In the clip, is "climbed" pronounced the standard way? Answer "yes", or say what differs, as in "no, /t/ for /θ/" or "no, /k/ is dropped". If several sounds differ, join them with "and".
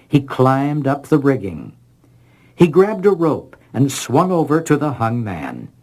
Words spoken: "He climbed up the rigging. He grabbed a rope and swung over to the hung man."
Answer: yes